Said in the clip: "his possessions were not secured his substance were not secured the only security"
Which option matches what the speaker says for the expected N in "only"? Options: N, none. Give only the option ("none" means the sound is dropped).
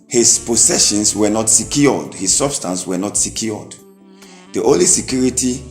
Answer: none